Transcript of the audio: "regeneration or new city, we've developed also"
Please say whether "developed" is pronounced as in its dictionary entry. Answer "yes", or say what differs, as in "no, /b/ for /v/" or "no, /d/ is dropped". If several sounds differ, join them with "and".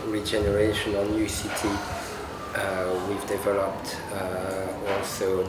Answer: yes